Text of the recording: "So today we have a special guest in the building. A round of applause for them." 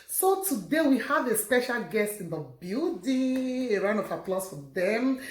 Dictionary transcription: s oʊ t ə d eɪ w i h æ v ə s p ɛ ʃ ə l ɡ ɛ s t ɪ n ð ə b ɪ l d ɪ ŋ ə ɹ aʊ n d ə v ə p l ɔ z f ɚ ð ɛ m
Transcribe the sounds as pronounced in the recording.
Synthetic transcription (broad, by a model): s oʊ t ə d eɪ w i h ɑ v ə s p ɛ ʃ ə l ɡ ɛ s t ɪ n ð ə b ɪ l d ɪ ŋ ə ɹ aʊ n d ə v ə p l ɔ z f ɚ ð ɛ m